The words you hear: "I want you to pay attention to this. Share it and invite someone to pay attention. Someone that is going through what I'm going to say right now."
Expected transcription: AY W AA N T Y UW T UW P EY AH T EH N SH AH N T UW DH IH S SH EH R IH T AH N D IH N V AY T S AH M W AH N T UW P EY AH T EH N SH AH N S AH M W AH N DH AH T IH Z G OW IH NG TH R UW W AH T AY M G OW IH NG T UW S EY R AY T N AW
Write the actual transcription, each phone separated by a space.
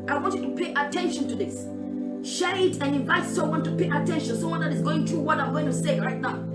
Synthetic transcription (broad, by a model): AY W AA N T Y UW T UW P EY AH T EH N SH AH N T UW DH IH S SH EH R IH T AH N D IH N V AY T S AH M W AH N T UW P EY AH T EH N SH AH N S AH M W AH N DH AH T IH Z G OW IH NG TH R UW W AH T AY M G OW IH NG T UW S EY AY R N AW